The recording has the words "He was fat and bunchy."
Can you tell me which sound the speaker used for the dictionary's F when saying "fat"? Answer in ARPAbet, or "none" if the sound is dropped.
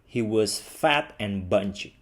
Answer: F